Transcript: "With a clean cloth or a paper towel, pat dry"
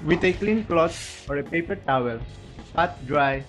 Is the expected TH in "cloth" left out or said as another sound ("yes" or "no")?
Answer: yes